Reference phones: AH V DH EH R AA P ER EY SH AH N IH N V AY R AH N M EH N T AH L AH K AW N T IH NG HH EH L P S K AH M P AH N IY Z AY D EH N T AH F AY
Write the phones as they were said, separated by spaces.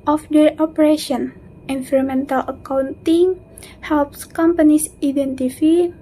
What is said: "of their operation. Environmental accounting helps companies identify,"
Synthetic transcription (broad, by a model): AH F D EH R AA P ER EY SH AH N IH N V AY R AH M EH N T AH L AH K AW N T IH NG HH EH L P S K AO M P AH N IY S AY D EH N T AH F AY